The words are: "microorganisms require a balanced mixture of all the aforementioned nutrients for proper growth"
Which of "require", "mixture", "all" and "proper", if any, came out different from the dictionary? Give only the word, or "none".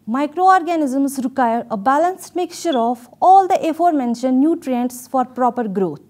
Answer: mixture